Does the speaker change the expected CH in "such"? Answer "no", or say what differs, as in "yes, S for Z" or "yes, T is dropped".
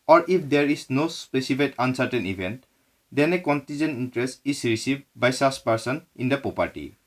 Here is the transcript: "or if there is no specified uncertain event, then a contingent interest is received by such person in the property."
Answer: yes, S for CH